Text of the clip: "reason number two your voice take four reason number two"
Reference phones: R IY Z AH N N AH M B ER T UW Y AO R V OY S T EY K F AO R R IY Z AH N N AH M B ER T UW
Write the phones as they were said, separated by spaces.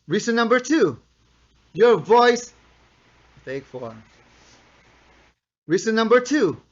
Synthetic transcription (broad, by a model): R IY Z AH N N AH M B ER T UW Y AO R V OY S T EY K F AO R R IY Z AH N N AH M B ER T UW